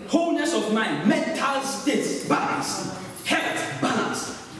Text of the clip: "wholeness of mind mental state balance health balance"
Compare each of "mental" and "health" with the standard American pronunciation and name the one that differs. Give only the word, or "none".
health